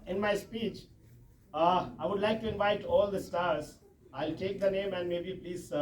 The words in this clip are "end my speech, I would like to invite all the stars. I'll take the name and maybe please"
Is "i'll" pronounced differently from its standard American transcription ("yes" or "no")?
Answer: no